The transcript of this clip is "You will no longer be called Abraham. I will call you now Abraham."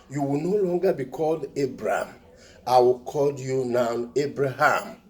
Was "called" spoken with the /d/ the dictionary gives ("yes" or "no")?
yes